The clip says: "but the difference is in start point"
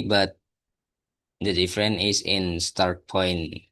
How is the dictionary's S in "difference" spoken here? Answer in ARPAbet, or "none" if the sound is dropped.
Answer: none